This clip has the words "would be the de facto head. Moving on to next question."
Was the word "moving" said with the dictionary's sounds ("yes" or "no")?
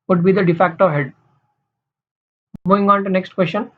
no